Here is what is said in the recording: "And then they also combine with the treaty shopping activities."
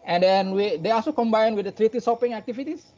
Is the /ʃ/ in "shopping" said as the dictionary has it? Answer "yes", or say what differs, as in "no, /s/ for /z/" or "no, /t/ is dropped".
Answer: no, /s/ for /ʃ/